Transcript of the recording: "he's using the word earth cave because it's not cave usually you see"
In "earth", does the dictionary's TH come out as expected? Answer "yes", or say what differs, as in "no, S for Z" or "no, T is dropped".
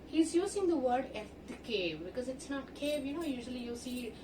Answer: no, F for TH